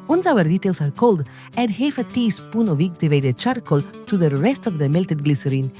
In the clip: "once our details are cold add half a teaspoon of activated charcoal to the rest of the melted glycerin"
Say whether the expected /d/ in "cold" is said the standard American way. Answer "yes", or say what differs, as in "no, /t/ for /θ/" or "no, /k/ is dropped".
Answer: yes